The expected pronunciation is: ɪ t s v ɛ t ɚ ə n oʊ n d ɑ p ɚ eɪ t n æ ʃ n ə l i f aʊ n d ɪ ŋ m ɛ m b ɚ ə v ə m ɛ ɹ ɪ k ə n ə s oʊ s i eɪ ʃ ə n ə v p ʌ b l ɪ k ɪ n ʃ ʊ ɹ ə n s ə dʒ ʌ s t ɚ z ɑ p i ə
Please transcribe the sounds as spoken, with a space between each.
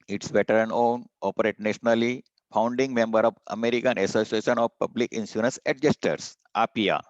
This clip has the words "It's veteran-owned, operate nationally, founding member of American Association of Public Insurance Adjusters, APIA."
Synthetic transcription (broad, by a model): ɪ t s b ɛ t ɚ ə n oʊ n ɑ p ɚ eɪ t n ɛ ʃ n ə l i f aʊ n d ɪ ŋ m ɛ m b ɚ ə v ə m ɛ ɹ ɪ k ə n ə s oʊ s i eɪ ʃ ə n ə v p ʌ b l ɪ k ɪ n s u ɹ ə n s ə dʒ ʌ s t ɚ s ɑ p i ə